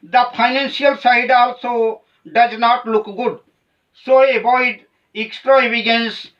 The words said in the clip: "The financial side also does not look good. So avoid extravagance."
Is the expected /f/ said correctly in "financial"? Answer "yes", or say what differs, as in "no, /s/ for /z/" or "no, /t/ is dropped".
no, /p/ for /f/